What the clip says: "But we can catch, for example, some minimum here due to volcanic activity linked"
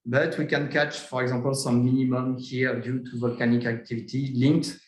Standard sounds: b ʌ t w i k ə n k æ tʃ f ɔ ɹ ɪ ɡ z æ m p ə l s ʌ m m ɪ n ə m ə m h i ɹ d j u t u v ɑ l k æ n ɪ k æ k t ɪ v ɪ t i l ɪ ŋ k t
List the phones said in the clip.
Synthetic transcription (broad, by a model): b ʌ t w i k ə n k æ tʃ f ɔ ɹ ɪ ɡ z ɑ p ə l s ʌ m m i n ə m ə m h i ɹ d j u t u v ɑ l k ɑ n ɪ k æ k t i v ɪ t i l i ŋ k t